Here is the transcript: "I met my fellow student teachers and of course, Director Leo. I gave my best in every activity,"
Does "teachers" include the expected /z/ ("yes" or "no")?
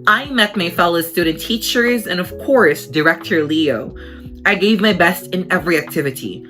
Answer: yes